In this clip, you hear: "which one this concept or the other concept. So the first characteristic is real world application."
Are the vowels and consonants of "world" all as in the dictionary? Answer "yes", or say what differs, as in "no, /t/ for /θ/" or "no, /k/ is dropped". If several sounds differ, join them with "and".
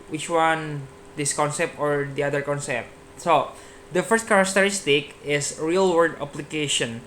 no, /l/ is dropped